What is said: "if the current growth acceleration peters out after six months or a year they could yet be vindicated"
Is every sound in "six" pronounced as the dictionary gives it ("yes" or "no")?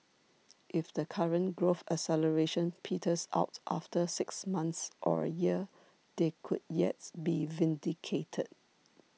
yes